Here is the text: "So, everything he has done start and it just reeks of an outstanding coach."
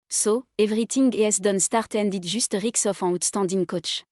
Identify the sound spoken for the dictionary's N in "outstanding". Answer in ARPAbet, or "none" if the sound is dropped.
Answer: none